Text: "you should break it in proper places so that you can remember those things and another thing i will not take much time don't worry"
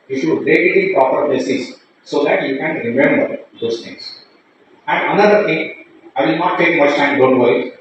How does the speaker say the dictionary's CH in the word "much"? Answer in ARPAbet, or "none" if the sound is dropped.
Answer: S